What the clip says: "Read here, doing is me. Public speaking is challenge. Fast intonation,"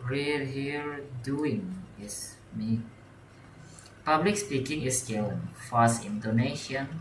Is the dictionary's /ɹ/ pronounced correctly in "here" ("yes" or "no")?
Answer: no